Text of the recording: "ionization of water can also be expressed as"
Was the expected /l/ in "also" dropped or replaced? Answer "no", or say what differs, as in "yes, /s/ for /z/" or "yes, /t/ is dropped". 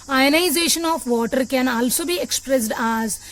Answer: no